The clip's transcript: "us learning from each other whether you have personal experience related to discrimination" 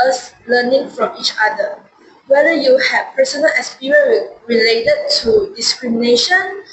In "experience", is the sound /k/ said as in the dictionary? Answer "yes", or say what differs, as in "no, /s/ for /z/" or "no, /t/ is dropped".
no, /k/ is dropped